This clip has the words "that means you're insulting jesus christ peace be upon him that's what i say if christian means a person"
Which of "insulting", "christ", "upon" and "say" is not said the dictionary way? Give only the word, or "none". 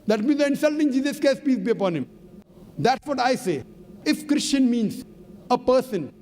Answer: christ